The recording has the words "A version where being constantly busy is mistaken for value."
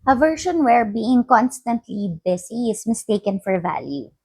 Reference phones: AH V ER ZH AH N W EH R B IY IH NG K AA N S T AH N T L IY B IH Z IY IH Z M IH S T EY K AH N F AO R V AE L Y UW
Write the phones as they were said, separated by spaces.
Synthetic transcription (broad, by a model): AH V ER SH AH N W EH R B IY IH NG K AA N S T AH N T L IY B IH S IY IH S M IH S T EY K AH N F AO R V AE L Y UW